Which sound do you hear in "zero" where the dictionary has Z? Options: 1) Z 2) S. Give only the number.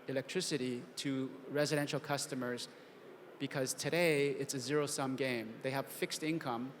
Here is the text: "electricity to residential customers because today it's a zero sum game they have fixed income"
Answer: 1